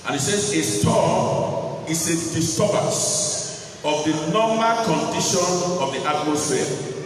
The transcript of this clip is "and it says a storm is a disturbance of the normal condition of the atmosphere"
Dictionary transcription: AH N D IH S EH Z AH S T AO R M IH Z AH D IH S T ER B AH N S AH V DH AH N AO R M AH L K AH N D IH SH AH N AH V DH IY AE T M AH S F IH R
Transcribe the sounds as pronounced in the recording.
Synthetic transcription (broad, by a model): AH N IH S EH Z AH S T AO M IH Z AH D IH S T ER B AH S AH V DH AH N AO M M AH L K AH N D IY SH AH N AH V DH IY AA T M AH S F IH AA